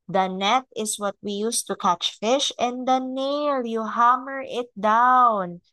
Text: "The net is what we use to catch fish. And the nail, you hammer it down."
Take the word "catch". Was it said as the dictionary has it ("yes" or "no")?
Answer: yes